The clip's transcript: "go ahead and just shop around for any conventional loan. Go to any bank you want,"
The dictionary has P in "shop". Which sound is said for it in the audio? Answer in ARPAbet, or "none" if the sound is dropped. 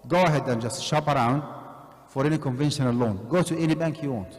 P